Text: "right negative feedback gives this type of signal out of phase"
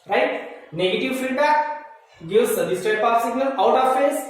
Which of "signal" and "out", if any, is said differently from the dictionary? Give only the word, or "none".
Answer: signal